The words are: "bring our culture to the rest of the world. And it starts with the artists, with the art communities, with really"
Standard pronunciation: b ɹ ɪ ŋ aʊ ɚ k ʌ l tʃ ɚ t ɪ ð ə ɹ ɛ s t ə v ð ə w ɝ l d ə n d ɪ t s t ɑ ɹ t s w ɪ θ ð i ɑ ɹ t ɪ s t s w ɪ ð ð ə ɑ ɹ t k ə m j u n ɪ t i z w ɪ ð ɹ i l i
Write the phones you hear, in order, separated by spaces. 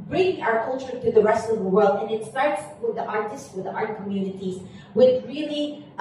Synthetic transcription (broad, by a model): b ɹ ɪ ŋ aʊ ɚ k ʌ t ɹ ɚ t ɪ ð ə ɹ ɛ s t ə v ð ə w ɝ l d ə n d ɪ t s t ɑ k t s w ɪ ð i ɑ ɹ t ɪ s t s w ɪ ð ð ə ɑ ɹ t k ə m j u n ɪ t i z w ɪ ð ɹ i l i